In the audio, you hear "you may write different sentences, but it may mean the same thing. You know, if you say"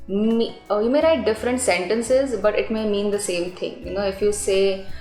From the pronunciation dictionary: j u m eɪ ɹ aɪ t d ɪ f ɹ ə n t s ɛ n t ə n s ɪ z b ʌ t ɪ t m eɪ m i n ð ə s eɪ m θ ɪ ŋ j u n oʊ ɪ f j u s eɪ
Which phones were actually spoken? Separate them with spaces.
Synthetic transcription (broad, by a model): j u m eɪ ɹ aɪ t d ɪ f ɹ ə n t s ɛ n t ə n s ɪ z b ʌ t ɪ t m eɪ m i n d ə s eɪ m t ɪ ŋ j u n oʊ ɪ f j u s eɪ